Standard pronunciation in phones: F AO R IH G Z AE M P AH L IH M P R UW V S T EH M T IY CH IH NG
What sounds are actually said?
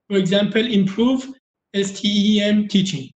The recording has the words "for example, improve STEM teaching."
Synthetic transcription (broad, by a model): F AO R IH G Z AE M P AH L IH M P R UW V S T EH M T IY CH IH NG